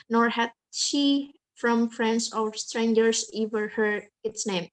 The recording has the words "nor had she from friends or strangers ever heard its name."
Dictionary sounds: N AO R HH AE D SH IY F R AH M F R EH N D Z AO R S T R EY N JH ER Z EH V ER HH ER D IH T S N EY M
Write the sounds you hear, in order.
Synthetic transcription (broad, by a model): N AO R HH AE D SH IY F R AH M F R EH N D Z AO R S T R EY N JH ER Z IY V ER HH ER IH T S N EY M